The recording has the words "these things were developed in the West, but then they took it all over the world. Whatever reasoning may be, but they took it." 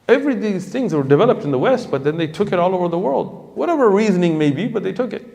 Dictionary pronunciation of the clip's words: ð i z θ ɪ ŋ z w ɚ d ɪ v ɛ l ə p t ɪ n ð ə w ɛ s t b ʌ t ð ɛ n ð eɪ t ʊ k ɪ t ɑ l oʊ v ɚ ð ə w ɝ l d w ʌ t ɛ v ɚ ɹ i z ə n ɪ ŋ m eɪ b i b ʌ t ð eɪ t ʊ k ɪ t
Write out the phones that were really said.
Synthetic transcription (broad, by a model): ð i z θ ɪ ŋ z w ɚ d ɪ v ɛ l ə p t n ð ə w ɛ s t b ʌ t ð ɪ n ð eɪ t ʊ k ɪ t ɑ l oʊ v ɚ ð ə w ɝ l d w ʌ t ɛ v ɚ ɹ i z ə n ɪ ŋ m eɪ b i b ʌ t ð eɪ t ʊ k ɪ t